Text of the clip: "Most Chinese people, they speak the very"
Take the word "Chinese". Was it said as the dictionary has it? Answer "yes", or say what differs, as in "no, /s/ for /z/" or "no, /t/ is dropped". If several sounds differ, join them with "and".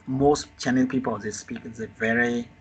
no, /z/ is dropped